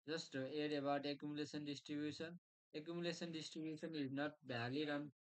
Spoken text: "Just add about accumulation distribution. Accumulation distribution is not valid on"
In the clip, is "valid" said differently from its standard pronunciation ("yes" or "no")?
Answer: yes